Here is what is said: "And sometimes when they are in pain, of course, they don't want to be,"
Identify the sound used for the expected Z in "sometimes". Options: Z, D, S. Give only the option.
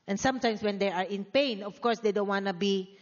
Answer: S